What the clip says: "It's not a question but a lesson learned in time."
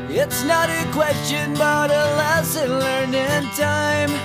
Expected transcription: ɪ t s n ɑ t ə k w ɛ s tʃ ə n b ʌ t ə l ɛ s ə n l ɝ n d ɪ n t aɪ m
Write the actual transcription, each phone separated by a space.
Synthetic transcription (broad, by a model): ɪ t s n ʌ t ə k w ɛ s tʃ ə n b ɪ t ə l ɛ s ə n l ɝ n ɪ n t aɪ m